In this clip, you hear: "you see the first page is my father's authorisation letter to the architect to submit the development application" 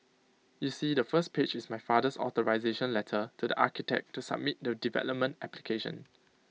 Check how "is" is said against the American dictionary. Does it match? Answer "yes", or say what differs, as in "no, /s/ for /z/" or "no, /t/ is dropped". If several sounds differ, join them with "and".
no, /s/ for /z/